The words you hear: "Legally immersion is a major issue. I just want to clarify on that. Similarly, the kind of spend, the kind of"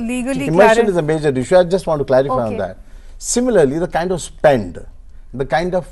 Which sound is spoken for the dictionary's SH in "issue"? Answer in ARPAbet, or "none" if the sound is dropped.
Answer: SH